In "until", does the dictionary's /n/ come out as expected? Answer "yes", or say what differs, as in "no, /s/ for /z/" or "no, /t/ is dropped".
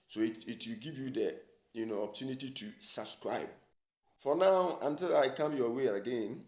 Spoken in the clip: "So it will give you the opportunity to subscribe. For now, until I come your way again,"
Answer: yes